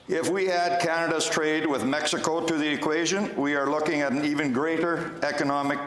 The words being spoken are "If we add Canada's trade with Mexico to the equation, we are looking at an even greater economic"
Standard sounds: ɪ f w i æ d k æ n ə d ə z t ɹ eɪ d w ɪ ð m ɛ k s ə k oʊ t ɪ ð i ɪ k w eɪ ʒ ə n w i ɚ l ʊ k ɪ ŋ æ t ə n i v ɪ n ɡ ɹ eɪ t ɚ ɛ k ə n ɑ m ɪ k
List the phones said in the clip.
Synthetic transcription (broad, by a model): ɪ f w i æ d k æ n ə d ə z t ɹ eɪ d w ɪ ð m ɛ k s ə k oʊ t ɪ ð i ɪ k w eɪ ʒ ə n w i ɚ l ʊ k ɪ ŋ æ t n i v ɪ n ɡ ɹ eɪ t ɚ ɛ k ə n ɑ m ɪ k